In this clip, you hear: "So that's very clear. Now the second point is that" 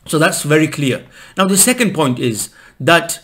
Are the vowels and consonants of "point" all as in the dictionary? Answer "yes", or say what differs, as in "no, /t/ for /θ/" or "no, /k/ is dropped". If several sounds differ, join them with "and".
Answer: yes